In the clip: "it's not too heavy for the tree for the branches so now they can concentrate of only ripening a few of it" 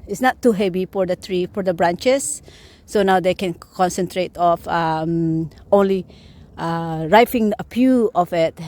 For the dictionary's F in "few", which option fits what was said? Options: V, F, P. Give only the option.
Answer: P